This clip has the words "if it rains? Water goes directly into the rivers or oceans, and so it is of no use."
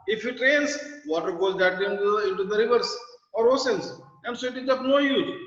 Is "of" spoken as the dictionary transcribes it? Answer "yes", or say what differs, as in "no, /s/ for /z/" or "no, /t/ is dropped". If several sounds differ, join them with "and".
no, /p/ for /v/